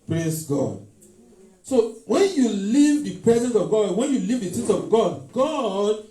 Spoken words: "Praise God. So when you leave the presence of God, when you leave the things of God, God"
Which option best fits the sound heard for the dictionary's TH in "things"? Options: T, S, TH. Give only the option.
T